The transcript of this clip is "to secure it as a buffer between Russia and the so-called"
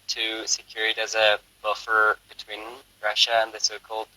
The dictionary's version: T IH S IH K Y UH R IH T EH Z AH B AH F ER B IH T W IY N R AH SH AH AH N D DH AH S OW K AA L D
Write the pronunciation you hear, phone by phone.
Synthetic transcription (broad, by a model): T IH S IH K Y UH R IH T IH Z AH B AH F ER B IH T W IY N R AH SH AH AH N DH AH S OW K AA L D